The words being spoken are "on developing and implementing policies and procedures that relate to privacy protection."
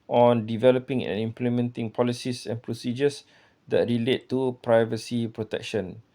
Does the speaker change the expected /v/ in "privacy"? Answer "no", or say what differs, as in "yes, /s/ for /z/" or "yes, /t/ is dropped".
no